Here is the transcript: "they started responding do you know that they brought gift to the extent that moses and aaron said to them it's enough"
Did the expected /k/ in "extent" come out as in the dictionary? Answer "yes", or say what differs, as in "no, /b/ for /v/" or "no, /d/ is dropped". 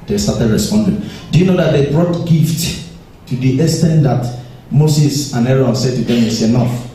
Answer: no, /k/ is dropped